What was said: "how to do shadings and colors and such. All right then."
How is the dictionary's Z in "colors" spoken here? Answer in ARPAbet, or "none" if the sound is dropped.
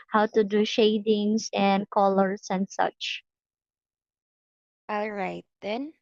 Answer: S